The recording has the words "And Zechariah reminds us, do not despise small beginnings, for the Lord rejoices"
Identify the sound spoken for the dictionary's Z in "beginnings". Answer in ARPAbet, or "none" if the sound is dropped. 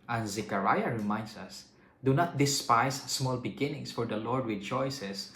S